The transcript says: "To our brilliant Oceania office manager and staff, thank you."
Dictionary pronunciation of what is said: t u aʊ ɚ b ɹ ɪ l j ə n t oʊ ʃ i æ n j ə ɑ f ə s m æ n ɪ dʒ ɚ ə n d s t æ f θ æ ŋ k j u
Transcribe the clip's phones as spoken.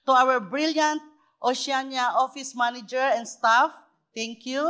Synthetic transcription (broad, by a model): t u aʊ ɚ b ɹ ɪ l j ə n t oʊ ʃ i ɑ n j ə ɑ f ə s m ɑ n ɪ dʒ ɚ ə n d s t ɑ f t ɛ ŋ k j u